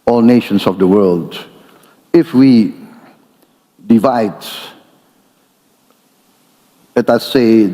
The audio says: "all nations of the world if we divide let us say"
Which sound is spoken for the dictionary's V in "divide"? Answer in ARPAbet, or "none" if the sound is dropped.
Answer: V